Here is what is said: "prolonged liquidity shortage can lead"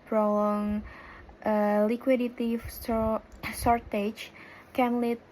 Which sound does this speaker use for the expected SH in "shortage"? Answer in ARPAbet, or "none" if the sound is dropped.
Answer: S